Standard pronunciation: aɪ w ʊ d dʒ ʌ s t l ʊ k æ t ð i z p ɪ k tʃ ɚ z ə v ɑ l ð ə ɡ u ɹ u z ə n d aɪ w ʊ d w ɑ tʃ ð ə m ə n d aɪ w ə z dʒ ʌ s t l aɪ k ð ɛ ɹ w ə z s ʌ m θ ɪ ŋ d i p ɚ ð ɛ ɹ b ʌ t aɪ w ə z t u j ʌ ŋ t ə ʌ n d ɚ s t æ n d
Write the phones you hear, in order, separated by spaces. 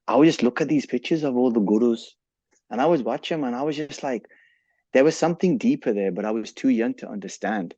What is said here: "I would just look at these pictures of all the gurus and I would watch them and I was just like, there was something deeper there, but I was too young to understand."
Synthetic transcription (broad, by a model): aɪ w dʒ ʌ s t l ʊ k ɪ t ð i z p ɪ k tʃ ɚ z ə v ɑ l ð ə ɡ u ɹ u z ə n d aɪ w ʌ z w ɑ tʃ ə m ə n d aɪ w ə z dʒ ʌ s t l aɪ k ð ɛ ɹ w ə z s ʌ m θ ɪ ŋ d i p ɚ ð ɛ ɹ b ʌ t aɪ w ə z t u j ʌ ŋ t ə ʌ n d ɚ s t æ n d